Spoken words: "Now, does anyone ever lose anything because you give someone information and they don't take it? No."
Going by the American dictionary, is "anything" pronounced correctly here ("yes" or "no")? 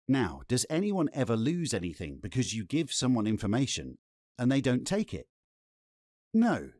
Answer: yes